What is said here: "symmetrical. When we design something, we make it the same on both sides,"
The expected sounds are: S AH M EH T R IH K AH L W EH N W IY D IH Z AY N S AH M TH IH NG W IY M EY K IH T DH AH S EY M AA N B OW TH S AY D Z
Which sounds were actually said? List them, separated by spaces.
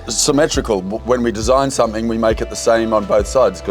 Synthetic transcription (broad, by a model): S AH M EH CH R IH K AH L W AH N W IY D IH Z AY N S AH M TH IH NG W IY M EY K IH T DH AH S EY M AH N B OW TH S AY D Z